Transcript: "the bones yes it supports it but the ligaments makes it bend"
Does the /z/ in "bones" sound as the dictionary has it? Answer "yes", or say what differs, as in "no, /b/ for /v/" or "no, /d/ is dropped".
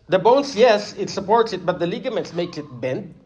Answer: no, /s/ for /z/